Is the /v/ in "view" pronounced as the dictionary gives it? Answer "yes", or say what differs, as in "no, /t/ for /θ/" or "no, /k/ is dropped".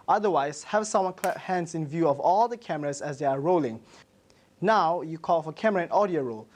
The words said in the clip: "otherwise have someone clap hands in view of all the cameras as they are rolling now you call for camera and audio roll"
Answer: yes